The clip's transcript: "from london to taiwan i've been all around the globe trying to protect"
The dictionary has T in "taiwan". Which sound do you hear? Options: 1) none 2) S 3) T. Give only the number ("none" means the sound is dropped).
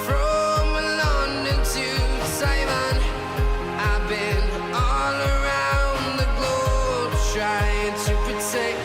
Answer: 2